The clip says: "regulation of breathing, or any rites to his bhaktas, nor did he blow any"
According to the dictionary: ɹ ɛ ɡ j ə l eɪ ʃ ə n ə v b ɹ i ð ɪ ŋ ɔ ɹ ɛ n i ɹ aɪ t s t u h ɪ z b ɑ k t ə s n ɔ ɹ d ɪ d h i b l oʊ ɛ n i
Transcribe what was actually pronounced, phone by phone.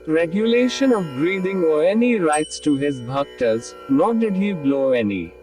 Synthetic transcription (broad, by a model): ɹ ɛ ɡ j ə l eɪ ʃ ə n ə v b ɹ i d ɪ ŋ ɔ ɹ ɛ n i ɹ aɪ t s t u h ɪ z b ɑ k t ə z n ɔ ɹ d ɪ d h i b l oʊ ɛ n i